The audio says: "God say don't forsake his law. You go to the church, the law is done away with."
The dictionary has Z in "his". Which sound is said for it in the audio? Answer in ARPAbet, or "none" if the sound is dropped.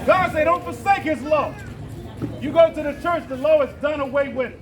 Z